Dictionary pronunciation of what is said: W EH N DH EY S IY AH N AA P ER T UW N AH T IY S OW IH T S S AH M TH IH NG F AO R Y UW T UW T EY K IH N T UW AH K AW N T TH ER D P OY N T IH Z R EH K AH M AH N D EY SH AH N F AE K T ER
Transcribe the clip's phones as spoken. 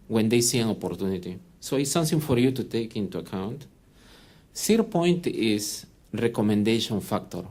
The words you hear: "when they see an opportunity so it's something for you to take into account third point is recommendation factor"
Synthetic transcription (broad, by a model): W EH N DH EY S IY AH N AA P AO T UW N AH T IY S OW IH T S S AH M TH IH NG F AO R Y UW T UW T EY K IH N T UW AH K AW N T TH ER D P OY N T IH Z R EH K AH M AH N D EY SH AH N F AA K T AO